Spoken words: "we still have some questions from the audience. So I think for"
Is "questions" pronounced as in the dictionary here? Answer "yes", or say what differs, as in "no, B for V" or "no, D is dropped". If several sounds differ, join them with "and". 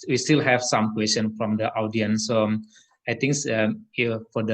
no, Z is dropped